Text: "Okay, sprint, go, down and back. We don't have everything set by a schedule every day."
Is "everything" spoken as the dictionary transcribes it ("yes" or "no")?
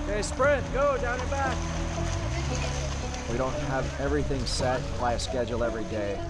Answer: yes